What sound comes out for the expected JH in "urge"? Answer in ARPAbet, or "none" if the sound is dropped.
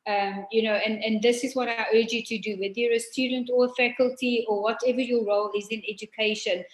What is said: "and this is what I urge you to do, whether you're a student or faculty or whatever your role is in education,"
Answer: JH